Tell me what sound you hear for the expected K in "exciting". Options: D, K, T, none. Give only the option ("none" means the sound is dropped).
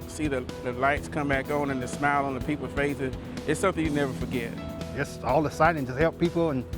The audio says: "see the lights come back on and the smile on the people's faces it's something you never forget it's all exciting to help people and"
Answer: none